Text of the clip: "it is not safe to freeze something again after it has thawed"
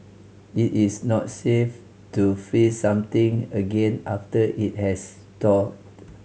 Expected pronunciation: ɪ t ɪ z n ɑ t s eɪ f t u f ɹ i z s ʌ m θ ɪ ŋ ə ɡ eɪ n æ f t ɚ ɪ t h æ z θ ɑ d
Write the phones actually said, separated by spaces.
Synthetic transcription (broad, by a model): ɪ t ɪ s n ɑ t s eɪ f t u f i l s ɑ m t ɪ ŋ ə ɡ eɪ n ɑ f t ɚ ɪ t h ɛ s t ɑ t